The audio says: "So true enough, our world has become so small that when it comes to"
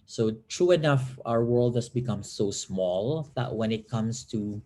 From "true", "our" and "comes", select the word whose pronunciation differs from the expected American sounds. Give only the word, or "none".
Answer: comes